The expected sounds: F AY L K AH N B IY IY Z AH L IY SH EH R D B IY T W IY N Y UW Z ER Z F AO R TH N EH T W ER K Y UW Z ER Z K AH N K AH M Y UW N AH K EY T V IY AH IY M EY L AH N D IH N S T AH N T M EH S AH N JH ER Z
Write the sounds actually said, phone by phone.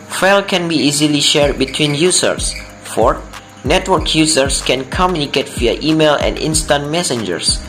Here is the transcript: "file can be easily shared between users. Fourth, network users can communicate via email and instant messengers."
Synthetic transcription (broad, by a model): F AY L K AH N B IY IY Z AH L IY SH EH R D B IY T W IY N Y UW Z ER S F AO R N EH T W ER K Y UW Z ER S K AH N K AH M Y UW N AH K EY T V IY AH IY M EY L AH N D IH N S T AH N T M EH S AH N JH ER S